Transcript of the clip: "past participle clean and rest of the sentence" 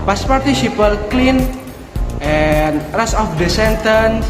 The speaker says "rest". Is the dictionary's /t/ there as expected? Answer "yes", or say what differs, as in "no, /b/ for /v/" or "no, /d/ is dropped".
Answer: no, /t/ is dropped